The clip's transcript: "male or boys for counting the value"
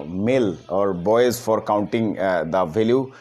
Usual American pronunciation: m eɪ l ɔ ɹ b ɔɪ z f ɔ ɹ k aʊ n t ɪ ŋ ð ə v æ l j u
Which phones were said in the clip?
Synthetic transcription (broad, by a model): m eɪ l ɔ ɹ b ɔɪ z f ɔ ɹ k aʊ n t ɪ ŋ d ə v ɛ l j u